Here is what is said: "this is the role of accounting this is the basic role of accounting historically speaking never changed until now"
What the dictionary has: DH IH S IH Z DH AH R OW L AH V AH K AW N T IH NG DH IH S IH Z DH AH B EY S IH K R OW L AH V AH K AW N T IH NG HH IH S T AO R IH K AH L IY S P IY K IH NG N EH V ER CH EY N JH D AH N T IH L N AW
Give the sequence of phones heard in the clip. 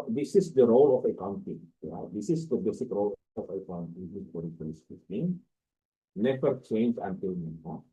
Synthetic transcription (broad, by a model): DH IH S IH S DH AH R OW L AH F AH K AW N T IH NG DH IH S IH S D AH B EY S IH K R OW L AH F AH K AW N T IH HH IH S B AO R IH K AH IY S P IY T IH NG N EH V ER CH EY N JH AH N T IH L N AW